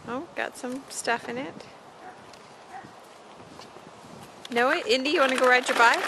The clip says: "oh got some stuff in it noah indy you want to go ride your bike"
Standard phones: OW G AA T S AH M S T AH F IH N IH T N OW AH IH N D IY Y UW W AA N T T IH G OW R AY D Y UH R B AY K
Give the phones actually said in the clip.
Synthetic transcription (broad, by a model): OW G AA T S AH M S T AH F IH N IH T N OW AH IH N D IY Y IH W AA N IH G OW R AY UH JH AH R B AY